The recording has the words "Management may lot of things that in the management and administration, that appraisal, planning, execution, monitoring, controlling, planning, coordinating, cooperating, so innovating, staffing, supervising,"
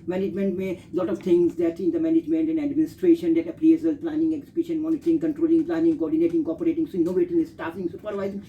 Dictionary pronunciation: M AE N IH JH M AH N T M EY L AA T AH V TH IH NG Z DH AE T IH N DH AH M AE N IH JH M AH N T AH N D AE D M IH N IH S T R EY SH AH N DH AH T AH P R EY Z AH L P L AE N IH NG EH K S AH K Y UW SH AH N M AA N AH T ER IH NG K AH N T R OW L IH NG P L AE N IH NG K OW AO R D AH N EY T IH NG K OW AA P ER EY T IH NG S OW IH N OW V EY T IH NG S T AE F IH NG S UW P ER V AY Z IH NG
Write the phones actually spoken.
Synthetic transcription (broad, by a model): M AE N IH JH M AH N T M EY L AA T AH V T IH NG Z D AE T IH N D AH M AE N IH JH M AH N T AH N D AE D M IH N IH S T R EY SH AH N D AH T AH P L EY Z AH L P L AE N IH NG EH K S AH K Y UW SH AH N M AA N AH T ER IH NG K AH N T R OW L IH NG P L AE N IH NG K OW AO R D AH N EY T IH NG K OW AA P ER EY T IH NG S OW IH N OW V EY T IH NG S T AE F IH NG S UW P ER V AY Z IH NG